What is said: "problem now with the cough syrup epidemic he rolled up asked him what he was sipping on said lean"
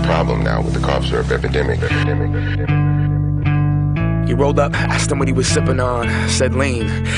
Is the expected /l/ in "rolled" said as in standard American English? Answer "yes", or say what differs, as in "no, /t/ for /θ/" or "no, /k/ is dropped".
yes